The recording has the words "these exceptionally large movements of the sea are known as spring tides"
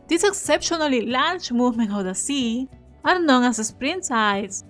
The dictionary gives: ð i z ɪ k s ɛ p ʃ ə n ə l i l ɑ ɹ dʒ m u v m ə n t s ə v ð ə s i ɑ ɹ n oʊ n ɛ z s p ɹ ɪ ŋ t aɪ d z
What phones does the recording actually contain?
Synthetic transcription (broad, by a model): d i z ɪ k s ɛ p ʃ ə n ə l i l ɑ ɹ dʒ m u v m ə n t ə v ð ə s i ɑ ɹ n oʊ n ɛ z s p ɹ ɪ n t aɪ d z